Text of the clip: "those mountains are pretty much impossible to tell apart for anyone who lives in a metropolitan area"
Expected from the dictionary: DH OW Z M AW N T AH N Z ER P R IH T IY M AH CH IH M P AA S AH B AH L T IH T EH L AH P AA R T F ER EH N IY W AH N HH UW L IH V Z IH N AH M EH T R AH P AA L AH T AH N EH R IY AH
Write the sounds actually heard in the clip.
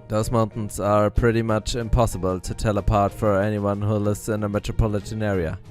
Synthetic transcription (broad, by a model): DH OW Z M AW N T N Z ER P R IH T IY M AH CH IH M P AA S AH B AH L T IH T EH L AH P AA R T F ER EH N IY W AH N HH UW L IH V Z IH N AH M EH T R AH P AA L AH T AH N EH R IY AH